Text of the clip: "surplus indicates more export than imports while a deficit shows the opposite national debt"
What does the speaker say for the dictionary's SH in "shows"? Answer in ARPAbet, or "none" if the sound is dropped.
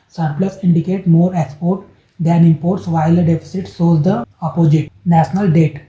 S